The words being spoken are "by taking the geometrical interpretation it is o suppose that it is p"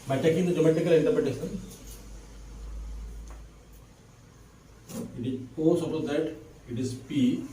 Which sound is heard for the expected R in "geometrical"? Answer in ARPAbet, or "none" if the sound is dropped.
none